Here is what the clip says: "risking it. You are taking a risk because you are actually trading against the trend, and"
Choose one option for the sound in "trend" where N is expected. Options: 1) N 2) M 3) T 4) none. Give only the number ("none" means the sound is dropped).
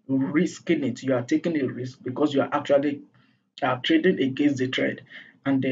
4